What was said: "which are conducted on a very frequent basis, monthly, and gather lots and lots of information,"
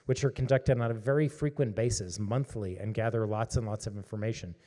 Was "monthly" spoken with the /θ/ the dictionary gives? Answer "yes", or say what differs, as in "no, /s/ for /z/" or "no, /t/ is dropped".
yes